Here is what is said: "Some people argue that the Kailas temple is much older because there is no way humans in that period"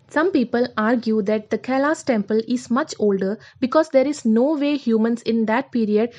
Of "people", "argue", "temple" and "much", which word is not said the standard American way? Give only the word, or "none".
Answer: none